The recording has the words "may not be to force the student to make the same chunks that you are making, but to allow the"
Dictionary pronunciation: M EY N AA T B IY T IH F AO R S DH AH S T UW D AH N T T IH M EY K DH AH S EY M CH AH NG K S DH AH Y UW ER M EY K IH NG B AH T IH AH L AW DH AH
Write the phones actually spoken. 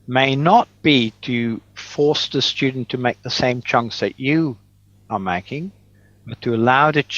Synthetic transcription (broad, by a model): M EY N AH T B IY T IH F AO R S DH AH S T UW D N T T IH M EY K DH AH S EY M CH AH NG K S DH AH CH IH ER M EY K IH NG B AH T IH AH L AW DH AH